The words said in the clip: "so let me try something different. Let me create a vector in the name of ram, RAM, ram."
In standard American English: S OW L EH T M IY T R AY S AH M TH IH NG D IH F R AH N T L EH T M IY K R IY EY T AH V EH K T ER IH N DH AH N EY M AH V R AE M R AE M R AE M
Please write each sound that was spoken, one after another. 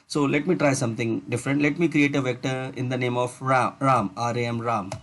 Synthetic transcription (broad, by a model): S OW L EH T M IY T R AY S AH M T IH NG D IH F R AH N T L EH T M IY K R IY EY T AH V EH K T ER IH N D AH N EY M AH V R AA M R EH M R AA M